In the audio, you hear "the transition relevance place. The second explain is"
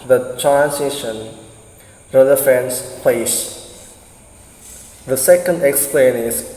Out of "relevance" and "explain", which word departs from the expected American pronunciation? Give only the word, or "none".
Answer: relevance